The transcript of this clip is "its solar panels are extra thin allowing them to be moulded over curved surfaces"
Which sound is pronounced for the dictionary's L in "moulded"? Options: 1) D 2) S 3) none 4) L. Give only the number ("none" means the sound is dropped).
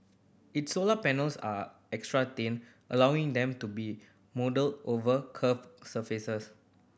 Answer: 3